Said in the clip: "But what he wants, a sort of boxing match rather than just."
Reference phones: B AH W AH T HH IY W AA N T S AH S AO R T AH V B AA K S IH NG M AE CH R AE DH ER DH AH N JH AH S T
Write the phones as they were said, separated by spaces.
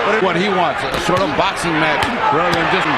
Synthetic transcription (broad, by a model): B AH W AH T HH IY W AA N T S AH S AO R T AH V B AA K S IH NG M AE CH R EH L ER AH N JH AH S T